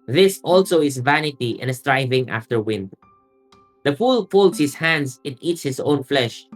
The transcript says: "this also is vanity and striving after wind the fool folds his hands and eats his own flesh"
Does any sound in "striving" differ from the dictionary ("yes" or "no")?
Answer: no